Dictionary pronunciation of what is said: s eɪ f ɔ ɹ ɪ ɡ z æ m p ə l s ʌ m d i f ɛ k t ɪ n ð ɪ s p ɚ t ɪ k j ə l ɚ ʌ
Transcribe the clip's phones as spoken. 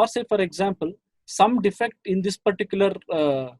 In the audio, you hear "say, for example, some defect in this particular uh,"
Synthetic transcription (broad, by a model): s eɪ f ɔ ɹ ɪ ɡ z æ m p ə l s ʌ m d i f ɛ k t ɪ n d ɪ s p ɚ t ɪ k j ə l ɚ